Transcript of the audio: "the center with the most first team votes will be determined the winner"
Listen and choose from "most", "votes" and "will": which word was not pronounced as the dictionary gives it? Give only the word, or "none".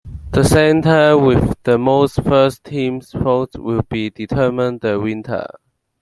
votes